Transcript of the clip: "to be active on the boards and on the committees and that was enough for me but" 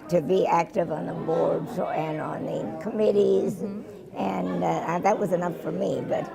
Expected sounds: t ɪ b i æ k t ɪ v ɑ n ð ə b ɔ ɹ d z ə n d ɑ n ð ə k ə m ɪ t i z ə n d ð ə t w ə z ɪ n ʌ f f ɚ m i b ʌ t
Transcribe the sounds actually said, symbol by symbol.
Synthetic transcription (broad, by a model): t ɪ b i æ k t ɪ v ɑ n ð ə b ɔ ɹ d z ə n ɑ n ð ə k ə m ɪ t i z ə n ð ə t w ə z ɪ n ʌ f f ɚ m i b ʌ t